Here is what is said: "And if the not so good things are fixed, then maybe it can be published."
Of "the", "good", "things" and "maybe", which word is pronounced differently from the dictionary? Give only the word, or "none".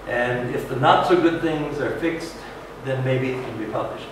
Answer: none